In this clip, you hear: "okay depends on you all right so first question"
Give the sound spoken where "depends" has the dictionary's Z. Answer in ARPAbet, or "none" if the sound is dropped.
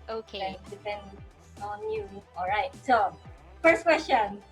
none